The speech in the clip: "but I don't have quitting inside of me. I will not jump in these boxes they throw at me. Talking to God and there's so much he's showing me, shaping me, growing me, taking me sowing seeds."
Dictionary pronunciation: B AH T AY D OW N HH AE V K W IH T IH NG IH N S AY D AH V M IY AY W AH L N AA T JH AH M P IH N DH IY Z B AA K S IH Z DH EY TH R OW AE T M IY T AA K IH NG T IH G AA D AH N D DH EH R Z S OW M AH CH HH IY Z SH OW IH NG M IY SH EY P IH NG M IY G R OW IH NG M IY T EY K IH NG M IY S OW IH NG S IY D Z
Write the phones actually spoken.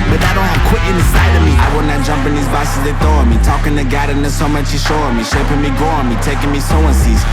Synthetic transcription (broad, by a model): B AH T AY D OW N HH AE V K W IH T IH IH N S AY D AH V M IY AY W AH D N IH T JH AH M P IH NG DH IY Z B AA S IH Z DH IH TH OW M IY T AA K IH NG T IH G AA D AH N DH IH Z S OW M AH CH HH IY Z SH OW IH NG M IY SH EY P IH NG M IY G OW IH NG M IY T EY K IH NG M IY S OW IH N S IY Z